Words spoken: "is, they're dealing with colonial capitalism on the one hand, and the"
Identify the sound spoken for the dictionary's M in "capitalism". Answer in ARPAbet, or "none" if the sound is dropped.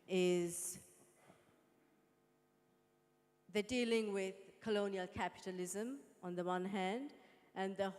M